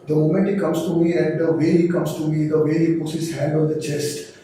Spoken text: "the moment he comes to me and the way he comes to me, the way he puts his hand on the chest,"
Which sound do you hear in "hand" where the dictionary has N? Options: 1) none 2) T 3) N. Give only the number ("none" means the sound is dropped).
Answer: 1